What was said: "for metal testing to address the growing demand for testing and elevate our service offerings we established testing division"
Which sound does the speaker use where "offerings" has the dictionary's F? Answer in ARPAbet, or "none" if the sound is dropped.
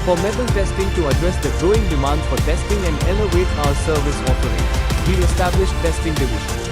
P